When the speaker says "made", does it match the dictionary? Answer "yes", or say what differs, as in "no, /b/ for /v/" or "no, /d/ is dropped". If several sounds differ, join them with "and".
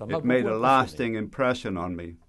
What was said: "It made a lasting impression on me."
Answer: yes